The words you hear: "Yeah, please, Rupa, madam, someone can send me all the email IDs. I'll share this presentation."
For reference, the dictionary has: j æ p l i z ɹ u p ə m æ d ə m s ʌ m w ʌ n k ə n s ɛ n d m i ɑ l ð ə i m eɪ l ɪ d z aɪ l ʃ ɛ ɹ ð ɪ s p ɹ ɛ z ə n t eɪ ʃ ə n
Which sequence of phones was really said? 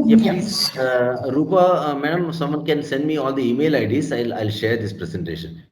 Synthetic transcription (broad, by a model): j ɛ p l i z ɹ u p ə m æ d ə m s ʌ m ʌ n k ə n s ɛ n d m i ɑ l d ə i m eɪ l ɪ d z aɪ l ʃ ɛ ɹ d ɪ s p ɹ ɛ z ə n t eɪ ʃ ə n